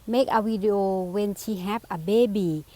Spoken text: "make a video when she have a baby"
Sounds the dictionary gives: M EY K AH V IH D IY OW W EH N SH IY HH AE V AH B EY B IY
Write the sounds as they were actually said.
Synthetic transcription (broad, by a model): M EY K AH W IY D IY OW W EH N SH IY HH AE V AH B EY B IY